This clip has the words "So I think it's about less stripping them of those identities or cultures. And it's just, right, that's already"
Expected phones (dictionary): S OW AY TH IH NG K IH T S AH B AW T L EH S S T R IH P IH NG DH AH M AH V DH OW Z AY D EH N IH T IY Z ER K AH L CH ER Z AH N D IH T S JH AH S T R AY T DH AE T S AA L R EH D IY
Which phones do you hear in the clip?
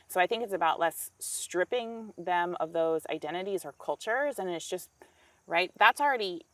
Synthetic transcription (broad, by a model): S OW AY TH IH NG K IH T S AH B AW T L EH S S T R IH P IH NG DH AH M AH V DH OW Z AY D EH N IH T IY Z ER K AH L CH ER Z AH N IH T S JH AH S T R AY T DH AE T S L R EH D IY